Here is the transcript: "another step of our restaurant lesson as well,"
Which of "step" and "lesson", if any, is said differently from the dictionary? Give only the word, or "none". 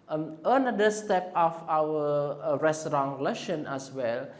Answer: lesson